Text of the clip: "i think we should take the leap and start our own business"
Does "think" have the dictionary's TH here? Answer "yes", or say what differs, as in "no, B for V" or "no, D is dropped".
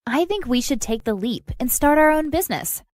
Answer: yes